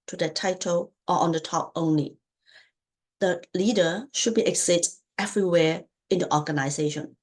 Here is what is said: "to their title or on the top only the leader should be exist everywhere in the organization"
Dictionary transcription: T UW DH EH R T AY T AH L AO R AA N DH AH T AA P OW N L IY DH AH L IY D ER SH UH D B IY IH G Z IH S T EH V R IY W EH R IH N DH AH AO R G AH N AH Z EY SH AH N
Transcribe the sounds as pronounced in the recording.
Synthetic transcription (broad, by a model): T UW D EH T AY T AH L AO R AA N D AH T AA P OW N L IY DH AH L IY D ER SH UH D B IY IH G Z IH T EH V R IY W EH IH N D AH AO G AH N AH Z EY SH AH N